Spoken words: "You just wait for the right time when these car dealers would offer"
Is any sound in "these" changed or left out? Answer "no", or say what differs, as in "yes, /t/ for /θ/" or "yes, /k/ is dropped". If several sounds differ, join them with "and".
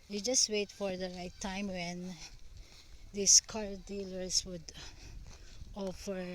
yes, /s/ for /z/